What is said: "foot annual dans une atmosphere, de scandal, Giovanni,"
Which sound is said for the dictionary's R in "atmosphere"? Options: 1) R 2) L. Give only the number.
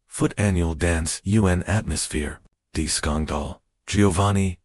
1